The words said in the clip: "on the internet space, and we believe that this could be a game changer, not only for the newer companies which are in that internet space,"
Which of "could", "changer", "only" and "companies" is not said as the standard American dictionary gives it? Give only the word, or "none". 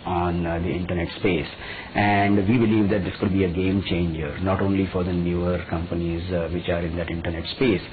none